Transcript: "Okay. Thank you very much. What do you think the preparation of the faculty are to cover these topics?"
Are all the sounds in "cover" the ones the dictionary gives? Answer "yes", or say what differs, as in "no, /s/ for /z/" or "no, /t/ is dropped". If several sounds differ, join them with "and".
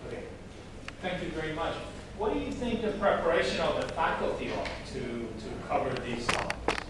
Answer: yes